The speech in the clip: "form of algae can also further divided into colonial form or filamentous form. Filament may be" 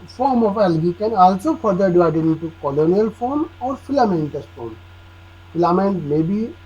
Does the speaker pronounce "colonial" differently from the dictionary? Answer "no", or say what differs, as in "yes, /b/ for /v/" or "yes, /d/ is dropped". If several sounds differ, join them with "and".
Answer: no